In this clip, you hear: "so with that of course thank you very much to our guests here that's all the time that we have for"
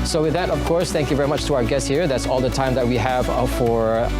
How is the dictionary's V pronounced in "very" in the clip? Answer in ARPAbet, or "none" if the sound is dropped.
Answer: V